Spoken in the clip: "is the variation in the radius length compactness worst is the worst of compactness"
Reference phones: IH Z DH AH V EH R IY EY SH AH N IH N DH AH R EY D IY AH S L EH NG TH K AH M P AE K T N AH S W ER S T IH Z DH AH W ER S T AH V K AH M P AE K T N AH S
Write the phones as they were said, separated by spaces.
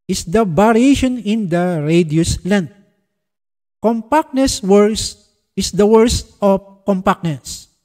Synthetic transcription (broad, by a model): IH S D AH B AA R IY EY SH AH N IH N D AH R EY D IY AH S L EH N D K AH M P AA K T N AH S W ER S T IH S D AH W ER S T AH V K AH M P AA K N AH S